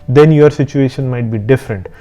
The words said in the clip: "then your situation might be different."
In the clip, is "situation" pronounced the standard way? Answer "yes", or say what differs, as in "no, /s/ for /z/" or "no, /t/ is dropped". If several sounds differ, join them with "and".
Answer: yes